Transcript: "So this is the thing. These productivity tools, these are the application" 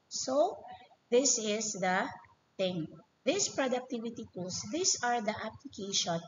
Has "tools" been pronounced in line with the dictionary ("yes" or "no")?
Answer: no